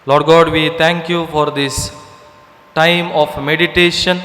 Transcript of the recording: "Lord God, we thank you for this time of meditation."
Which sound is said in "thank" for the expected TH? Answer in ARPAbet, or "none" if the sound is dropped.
T